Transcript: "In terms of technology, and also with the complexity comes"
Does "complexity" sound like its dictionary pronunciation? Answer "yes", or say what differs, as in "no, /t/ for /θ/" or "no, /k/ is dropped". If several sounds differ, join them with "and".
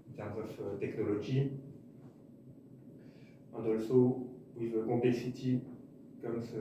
no, /m/ is dropped